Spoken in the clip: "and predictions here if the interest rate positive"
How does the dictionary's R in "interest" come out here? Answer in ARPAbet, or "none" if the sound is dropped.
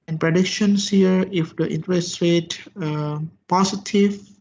R